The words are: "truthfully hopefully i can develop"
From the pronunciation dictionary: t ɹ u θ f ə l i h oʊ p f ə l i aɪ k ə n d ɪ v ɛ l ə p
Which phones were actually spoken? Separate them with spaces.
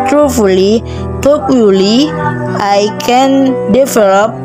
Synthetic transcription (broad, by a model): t ɹ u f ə l i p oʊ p ə l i aɪ k ə n d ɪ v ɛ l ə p